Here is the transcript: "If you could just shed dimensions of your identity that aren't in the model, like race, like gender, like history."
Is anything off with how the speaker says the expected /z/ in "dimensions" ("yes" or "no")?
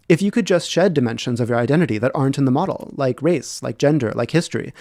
no